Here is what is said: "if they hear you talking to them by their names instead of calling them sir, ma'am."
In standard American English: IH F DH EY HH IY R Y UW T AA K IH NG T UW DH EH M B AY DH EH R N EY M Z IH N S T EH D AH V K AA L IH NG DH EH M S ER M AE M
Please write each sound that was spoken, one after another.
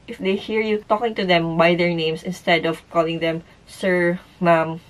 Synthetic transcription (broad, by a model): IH F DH EY HH IY R Y UW T AA K IH NG T UW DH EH M B AY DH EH R N EY M S IH N S T EH D AH V K AA L IH NG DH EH M S ER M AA M